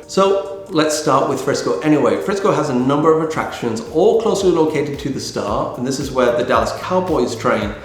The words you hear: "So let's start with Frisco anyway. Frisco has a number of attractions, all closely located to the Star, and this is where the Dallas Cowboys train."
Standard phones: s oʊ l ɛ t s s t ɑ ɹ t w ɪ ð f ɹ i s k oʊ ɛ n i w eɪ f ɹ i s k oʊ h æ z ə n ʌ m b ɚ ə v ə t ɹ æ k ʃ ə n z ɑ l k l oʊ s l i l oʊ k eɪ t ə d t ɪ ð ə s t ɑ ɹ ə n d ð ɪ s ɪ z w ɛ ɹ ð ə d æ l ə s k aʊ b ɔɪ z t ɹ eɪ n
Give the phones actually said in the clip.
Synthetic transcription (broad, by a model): s oʊ l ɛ t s s t ɑ ɹ t w ɪ ð f ɹ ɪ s k oʊ ɛ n i w eɪ f ɹ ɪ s k oʊ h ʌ z ə n ʌ m b ɚ ə v ə t ɹ æ k ʃ ə n z ɑ l k l oʊ s l i l oʊ k eɪ t ə d t ɪ ð ə s t ɑ ɹ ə n ð ɪ s ɪ z w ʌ ɹ ð ə d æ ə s k aʊ b ɔɪ z t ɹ eɪ n